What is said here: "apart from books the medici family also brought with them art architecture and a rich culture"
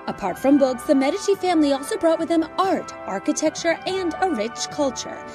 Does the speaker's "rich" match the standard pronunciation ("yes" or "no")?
yes